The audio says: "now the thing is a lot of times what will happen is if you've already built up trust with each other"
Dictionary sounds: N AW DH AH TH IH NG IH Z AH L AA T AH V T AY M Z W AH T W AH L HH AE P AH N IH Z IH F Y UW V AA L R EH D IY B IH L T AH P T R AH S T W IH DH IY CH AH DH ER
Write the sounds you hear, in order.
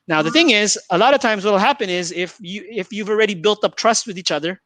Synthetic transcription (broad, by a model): N AW DH AH TH IH NG IH Z AH L AA T AH V T AY M Z W AH T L HH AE P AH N IH Z IH F Y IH F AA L R EH D IY B IH L T AH P T R AH S T W IH DH IY CH AH DH ER